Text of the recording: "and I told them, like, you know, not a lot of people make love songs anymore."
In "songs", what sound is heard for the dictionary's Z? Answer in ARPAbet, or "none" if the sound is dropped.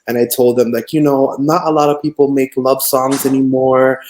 Z